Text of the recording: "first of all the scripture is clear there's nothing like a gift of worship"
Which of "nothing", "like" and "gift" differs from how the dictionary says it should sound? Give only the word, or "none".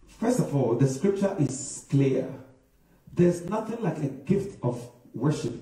none